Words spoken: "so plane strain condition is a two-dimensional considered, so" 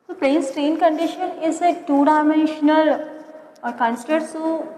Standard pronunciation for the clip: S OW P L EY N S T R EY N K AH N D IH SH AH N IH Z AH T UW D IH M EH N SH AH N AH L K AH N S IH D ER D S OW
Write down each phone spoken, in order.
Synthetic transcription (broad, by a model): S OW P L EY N S T R EY N K AH N D IH SH AH N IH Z AH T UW D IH M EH N SH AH L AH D K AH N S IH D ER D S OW